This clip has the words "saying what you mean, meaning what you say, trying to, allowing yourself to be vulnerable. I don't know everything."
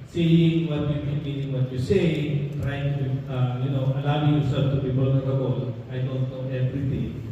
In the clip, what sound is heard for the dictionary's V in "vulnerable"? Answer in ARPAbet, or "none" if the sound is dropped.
B